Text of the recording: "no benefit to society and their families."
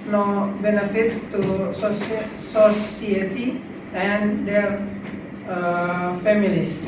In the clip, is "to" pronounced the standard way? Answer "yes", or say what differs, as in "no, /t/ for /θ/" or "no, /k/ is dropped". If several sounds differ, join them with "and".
no, /s/ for /t/